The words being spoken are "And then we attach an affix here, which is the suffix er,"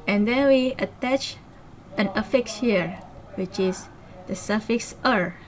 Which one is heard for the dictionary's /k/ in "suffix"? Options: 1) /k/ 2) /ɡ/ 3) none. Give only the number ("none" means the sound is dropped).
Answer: 1